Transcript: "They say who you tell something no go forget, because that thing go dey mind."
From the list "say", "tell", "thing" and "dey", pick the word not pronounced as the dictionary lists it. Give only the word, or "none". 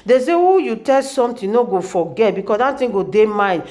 thing